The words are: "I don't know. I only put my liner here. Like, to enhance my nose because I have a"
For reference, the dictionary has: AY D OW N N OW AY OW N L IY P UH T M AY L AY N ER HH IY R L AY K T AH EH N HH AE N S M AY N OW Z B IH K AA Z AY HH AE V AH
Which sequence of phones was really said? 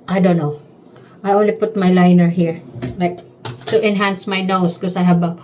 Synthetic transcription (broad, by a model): AY D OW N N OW AY OW N L IY P UH T M AY L AY N ER HH IY R L AY K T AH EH N HH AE N S M AY N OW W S K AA S AY HH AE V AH